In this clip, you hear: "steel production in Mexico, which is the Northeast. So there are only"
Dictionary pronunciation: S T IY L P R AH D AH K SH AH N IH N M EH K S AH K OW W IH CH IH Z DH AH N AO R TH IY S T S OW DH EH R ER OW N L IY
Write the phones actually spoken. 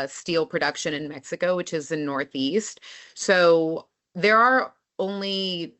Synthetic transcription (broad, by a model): S T IY L P R AH D AH K SH AH N IH N M EH K S AH K OW W IH CH IH Z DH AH N AO R TH IY S T S OW DH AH R ER OW N L IY